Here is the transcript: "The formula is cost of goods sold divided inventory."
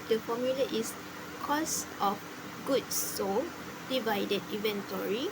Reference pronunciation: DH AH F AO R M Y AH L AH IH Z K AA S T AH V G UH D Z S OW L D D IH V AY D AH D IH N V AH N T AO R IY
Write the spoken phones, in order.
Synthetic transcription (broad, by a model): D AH F AO M Y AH L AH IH S K AA S T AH F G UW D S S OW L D D IH V AY D AH D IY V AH N T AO R IY